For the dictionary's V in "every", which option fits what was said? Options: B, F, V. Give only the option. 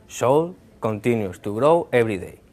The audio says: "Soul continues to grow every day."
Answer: B